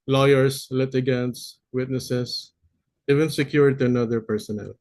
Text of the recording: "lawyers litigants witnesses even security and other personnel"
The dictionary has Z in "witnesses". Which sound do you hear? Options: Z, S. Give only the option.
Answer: S